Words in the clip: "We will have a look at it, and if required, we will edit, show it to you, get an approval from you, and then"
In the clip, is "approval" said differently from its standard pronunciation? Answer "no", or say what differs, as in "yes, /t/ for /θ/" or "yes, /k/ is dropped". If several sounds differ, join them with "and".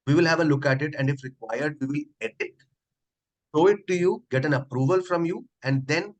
no